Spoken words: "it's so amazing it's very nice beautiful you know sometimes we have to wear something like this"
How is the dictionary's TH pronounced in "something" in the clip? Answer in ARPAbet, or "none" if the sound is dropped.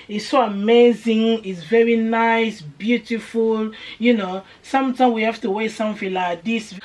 F